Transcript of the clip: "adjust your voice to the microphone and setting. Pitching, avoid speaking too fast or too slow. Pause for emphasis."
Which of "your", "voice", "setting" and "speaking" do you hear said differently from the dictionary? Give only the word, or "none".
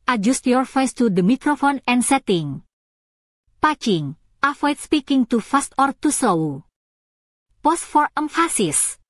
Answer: voice